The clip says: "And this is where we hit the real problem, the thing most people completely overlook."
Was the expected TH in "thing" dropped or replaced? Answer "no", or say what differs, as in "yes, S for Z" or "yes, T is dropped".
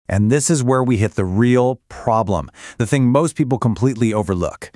no